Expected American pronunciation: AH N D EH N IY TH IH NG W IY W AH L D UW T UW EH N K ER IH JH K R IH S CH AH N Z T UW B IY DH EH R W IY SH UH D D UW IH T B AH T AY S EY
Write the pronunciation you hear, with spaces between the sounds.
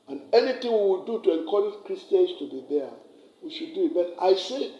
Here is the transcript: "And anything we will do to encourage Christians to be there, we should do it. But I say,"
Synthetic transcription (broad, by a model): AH N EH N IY T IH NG W IY W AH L D UW T UW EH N K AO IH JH K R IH S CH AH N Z T UW B IY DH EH W IY SH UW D D UW IH T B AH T AY S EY